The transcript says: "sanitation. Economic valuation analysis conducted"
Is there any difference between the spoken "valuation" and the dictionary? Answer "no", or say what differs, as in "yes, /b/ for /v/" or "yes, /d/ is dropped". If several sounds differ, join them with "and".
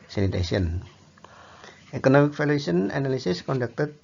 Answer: yes, /f/ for /v/